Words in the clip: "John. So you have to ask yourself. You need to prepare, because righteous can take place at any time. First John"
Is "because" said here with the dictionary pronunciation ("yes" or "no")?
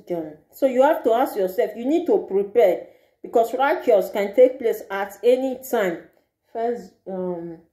no